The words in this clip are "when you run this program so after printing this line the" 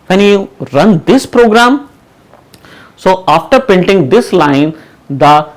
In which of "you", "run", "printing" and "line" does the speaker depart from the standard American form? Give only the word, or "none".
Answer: printing